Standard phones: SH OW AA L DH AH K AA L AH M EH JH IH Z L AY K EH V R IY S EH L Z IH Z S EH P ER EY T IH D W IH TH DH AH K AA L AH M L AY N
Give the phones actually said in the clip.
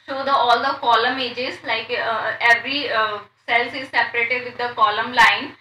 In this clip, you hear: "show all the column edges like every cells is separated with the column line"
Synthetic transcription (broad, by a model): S OW AA L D AH K AA L AH M EH JH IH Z L AY K EH V R IY S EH L S IH Z S EH P ER EY T IH D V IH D AH K AA L AH M L AY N